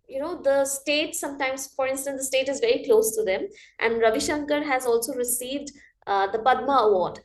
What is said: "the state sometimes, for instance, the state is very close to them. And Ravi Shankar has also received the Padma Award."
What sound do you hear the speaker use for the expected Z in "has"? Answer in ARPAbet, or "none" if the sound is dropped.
Z